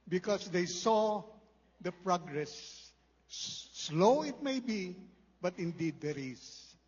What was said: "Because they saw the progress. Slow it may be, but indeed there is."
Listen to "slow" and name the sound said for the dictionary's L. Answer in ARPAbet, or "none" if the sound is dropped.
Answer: L